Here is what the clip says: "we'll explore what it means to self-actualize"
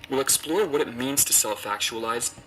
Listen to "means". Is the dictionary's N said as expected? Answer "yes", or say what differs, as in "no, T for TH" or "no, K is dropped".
yes